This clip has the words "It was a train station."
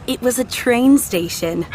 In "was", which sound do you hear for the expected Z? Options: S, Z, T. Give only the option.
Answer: Z